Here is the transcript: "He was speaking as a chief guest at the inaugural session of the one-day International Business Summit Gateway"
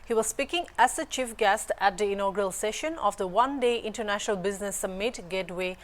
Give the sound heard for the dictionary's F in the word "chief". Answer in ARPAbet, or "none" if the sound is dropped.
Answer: F